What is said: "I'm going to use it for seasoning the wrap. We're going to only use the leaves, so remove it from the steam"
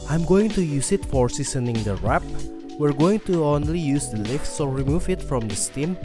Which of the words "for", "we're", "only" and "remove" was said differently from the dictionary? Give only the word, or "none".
none